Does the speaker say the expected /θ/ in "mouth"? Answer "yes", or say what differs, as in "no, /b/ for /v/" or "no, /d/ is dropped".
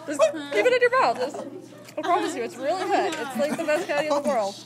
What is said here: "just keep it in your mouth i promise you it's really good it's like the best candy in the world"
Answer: no, /s/ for /θ/